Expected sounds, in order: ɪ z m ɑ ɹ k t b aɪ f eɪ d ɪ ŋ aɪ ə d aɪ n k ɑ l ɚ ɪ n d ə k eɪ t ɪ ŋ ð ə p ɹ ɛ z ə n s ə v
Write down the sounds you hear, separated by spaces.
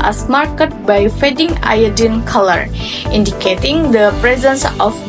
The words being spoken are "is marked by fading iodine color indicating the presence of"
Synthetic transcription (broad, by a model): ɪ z m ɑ ɹ k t b aɪ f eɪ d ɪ ŋ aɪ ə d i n k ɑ l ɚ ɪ n d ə k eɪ t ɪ ŋ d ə p ɹ ɛ z ə n s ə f